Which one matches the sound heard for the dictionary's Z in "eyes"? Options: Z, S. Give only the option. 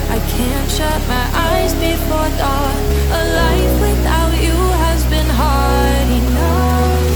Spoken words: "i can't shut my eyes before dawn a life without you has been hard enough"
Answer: Z